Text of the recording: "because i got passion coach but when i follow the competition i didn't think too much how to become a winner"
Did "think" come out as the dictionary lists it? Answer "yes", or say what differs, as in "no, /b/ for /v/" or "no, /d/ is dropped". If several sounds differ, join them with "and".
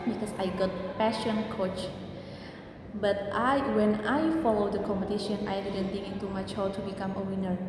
no, /t/ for /θ/